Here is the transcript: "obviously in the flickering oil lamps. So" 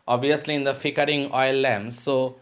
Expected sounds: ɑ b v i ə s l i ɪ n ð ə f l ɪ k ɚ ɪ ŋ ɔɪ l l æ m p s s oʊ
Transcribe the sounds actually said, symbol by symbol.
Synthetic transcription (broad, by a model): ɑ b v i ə s l i ɪ n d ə f ɪ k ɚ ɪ ŋ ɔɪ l l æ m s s oʊ